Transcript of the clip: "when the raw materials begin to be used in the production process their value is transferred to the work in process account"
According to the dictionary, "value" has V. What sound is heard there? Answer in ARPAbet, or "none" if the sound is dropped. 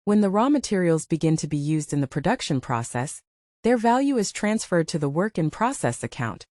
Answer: V